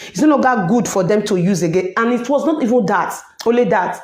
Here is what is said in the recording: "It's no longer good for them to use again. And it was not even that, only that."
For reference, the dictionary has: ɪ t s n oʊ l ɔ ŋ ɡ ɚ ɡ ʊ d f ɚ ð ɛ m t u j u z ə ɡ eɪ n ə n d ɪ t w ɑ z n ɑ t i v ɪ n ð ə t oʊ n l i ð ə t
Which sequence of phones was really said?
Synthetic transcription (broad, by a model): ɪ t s n oʊ n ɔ ɡ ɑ ɡ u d f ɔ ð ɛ m t u j u z ə ɡ eɪ n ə n ɪ t w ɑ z n ɑ t i v ɪ n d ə t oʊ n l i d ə t